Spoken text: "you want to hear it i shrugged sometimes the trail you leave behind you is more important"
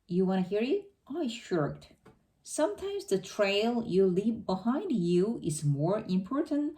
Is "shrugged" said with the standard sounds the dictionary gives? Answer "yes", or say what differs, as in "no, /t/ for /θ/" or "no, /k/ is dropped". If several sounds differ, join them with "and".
no, /ɹ/ is dropped